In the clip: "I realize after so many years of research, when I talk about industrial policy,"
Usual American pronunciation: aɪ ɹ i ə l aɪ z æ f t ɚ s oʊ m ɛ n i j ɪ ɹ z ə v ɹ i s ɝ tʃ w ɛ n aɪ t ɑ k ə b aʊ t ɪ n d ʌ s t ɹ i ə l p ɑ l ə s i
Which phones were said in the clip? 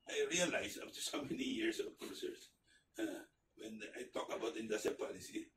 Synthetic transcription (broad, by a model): aɪ ɹ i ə l aɪ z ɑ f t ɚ s oʊ m ɛ n i j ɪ ɹ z ə v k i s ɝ s w ɛ n aɪ t ɑ k ə b aʊ t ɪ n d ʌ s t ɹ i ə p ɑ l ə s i